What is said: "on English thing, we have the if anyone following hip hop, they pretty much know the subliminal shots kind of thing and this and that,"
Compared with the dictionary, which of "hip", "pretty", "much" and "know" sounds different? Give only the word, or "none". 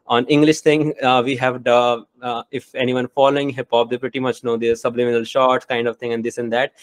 none